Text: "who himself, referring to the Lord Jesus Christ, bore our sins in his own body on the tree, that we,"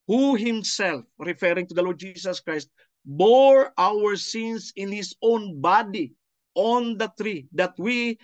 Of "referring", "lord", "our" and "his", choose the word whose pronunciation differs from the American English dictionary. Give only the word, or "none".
his